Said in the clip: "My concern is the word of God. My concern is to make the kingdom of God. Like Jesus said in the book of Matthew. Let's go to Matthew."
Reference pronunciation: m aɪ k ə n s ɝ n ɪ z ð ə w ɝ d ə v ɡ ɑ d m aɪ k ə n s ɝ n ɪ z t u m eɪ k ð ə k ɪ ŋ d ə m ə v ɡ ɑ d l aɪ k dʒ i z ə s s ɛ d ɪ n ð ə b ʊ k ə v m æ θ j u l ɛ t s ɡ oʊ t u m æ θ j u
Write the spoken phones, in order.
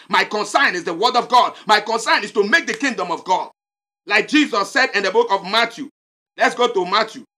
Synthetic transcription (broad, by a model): m aɪ k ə n s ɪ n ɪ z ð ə w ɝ d ə v ɡ ɑ d m aɪ k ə n s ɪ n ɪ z t u m eɪ k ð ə k ɪ ŋ d ə m ə v ɡ ɑ d l aɪ k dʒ i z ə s s ɛ d ɪ n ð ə b ʊ k ə v m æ t j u l ɛ t s ɡ oʊ t u m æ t j u